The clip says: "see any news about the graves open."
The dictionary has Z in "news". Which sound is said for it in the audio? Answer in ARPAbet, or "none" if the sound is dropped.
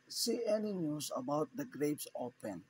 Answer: S